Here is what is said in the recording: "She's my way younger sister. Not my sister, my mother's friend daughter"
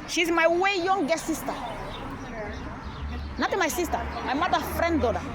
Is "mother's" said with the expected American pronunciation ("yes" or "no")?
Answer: no